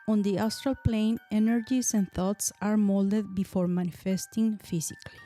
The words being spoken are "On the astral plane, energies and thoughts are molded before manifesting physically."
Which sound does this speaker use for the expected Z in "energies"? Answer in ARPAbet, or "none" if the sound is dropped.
S